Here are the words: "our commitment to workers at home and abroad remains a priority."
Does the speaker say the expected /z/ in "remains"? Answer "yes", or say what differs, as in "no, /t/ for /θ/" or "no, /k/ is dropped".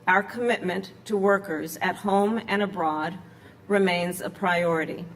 yes